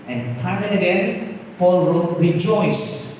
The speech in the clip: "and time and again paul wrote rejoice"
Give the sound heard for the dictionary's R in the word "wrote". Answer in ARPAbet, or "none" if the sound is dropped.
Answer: W